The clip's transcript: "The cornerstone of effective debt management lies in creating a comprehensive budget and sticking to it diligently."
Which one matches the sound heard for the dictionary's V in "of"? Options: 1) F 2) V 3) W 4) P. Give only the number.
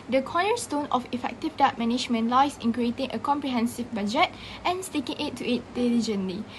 1